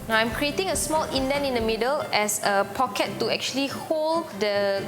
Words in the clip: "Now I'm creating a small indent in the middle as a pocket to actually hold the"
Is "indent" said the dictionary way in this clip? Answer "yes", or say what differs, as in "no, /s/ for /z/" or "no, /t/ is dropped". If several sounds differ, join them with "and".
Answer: no, /t/ is dropped